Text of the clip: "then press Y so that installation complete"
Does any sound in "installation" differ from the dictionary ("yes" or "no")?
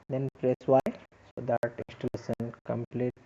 yes